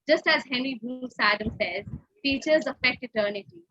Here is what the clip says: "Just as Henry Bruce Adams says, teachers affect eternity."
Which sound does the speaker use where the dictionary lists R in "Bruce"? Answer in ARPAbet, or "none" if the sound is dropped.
none